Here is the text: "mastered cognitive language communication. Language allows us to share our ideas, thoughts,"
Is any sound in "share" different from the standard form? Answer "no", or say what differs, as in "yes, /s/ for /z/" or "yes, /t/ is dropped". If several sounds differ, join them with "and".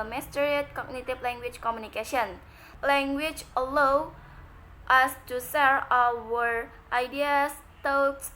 yes, /s/ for /ʃ/